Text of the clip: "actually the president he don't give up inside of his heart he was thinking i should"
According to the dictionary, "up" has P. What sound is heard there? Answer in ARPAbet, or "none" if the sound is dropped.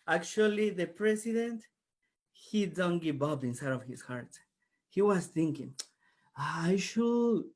B